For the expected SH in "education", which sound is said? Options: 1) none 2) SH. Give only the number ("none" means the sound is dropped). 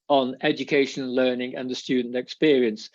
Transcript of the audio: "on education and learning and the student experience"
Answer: 1